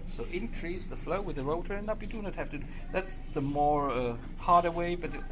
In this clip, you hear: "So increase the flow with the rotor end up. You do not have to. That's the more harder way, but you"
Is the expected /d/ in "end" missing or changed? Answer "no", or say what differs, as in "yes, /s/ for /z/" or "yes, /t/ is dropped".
yes, /d/ is dropped